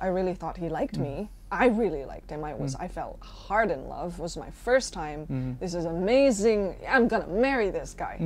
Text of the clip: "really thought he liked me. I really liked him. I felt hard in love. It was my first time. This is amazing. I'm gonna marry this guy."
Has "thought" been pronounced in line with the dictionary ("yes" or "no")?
yes